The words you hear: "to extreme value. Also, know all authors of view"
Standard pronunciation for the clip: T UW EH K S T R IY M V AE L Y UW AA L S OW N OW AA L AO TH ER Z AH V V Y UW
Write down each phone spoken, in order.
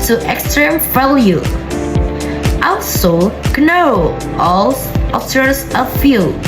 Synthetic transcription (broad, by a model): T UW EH K S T R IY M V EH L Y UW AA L S OW N OW AA L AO T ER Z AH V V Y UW